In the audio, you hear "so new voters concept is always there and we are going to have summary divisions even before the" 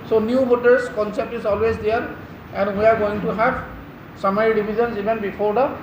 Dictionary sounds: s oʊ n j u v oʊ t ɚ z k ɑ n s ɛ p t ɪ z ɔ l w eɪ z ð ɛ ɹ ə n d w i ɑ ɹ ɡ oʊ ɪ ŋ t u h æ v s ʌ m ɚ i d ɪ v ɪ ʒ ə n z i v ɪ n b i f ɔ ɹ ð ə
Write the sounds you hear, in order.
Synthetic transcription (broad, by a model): s oʊ n j u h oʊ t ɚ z k ɑ n s ɛ p t ɪ z ɔ l w eɪ z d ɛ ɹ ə n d w i ɑ ɹ ɡ oʊ ɪ ŋ t u h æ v s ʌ m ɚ i d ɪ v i z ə n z i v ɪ n b i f ɔ ɹ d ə